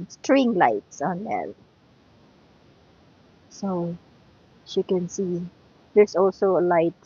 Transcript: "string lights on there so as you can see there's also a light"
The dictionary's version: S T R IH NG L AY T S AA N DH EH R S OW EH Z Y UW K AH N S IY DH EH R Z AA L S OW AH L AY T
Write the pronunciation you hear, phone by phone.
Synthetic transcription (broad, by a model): S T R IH NG L AY T S AA N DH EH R S OW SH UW K AH N S IY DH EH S AA L S OW AH L AY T